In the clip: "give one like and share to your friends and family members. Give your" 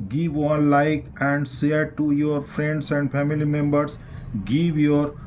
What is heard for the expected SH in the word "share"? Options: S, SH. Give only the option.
S